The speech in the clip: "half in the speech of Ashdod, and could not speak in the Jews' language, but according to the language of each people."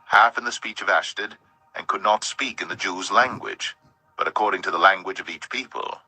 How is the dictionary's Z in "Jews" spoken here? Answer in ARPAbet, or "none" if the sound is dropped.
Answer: Z